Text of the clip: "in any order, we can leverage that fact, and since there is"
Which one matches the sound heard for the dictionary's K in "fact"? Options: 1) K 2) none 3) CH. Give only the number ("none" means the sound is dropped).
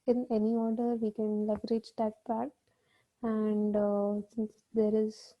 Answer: 2